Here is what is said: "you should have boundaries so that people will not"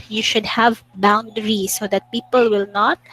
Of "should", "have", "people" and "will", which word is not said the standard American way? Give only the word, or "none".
none